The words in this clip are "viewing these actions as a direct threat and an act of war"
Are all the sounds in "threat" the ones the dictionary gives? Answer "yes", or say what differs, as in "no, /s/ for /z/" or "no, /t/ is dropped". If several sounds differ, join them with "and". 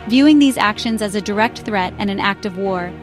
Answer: yes